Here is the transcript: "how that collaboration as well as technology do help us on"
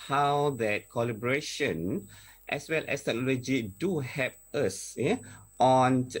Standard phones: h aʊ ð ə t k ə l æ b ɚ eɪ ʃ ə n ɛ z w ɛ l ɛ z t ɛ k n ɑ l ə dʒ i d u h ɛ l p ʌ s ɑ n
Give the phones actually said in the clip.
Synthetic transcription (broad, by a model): h aʊ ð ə t k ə l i b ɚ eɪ ʃ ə n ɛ s w ɛ l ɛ s t ɛ k n ɑ l ə dʒ i d u h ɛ p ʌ s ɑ n